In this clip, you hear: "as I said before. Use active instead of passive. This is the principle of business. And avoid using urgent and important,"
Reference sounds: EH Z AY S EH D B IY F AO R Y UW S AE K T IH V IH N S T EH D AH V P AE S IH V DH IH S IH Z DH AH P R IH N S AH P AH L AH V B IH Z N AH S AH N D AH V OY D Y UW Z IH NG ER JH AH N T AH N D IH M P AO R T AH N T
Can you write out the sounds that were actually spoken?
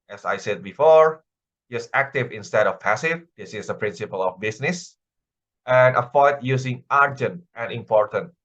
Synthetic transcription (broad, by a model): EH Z AY S EH D B IY F AO R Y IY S AE K T IH V IH N S T EH D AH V P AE S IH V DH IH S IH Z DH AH P R IH N S AH P AH L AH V B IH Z N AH S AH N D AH F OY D Y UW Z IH NG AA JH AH N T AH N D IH M P AO R T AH N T